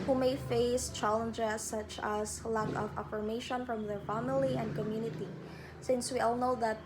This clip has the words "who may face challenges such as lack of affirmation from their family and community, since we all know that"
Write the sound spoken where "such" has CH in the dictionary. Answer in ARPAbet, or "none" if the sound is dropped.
CH